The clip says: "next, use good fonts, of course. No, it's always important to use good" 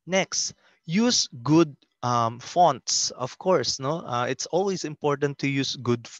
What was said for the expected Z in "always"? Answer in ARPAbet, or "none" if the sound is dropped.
S